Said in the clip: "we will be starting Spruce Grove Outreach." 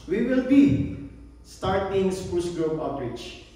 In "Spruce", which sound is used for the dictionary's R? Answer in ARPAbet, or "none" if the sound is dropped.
none